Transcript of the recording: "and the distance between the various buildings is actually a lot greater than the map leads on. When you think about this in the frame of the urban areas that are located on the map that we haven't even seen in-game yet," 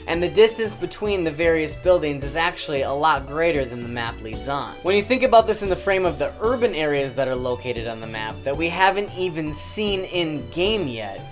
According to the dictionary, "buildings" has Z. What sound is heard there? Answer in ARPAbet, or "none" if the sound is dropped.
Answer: Z